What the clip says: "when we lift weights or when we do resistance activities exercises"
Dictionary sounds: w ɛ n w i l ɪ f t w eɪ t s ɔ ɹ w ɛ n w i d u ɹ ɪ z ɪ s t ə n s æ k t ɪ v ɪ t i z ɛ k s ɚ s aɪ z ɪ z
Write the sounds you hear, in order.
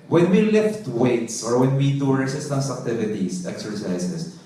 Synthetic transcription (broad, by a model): w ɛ n w i l ɪ f t w eɪ t s ɔ ɹ w ɛ n w i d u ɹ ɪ s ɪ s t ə s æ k t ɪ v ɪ t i s ɛ k s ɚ s aɪ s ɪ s